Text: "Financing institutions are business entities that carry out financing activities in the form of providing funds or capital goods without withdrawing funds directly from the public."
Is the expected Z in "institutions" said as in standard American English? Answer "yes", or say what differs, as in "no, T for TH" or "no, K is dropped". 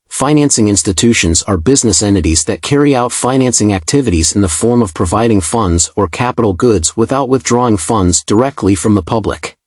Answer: yes